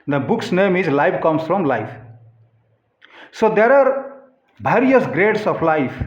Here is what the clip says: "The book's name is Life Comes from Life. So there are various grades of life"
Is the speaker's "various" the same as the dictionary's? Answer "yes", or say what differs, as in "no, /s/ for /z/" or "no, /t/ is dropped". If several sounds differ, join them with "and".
no, /b/ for /v/